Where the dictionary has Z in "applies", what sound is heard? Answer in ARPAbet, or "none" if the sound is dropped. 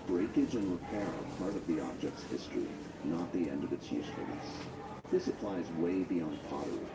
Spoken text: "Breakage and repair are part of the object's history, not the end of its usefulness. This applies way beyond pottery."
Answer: Z